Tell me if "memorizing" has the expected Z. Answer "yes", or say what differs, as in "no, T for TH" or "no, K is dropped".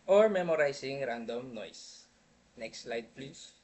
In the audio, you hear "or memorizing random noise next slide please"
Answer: no, S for Z